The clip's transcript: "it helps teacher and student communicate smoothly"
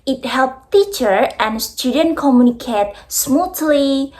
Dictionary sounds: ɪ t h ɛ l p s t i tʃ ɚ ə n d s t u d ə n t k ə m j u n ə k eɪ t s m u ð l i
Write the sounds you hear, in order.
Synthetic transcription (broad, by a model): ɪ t h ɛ l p t i tʃ ɚ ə n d s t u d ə n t k ə m j u n ə k eɪ t s m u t l i